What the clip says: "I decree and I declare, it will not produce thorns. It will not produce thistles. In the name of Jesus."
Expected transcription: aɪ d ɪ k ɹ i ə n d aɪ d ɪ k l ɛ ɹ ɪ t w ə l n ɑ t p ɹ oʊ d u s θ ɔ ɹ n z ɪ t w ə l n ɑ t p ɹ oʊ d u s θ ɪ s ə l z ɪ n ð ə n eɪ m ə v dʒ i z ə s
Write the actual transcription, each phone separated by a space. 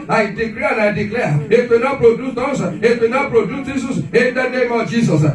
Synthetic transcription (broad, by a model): aɪ d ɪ k l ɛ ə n aɪ d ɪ k l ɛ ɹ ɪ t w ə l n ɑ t p ɹ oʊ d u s t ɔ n s ɪ t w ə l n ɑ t p ɹ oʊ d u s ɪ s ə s ɪ n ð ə n eɪ m ə v dʒ i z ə s